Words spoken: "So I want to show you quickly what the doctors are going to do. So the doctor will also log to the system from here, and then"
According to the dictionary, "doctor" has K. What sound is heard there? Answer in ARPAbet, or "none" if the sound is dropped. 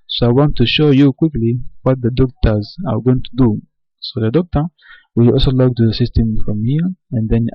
K